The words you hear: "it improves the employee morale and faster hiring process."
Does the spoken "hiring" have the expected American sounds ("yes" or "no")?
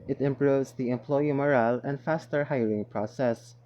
no